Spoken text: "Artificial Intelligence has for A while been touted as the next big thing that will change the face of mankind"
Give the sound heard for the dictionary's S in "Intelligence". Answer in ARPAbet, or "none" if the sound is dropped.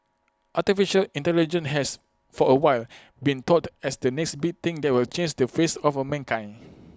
none